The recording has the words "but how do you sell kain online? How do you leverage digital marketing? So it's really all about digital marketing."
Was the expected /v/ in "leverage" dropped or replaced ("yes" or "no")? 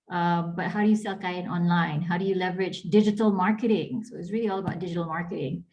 no